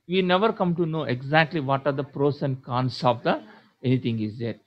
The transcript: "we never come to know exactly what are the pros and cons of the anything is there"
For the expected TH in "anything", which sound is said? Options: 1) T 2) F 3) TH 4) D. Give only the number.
1